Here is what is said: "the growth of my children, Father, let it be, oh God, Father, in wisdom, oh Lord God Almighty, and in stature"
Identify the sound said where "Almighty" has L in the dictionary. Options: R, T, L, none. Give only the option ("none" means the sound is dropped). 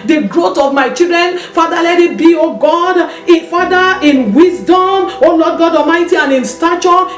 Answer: none